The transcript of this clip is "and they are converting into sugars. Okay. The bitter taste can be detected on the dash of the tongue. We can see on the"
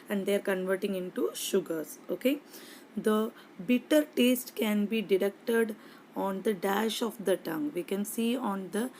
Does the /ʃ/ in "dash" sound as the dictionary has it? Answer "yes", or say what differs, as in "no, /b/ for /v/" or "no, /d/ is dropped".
yes